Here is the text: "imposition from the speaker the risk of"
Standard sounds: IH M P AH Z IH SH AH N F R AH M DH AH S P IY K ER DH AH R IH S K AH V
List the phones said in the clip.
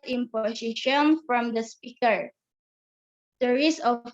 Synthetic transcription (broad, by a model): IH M P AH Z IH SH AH N F R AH M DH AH S P IY K ER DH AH R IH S AH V